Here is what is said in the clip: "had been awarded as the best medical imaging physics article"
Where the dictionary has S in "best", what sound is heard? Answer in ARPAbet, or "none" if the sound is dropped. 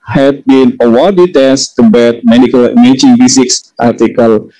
none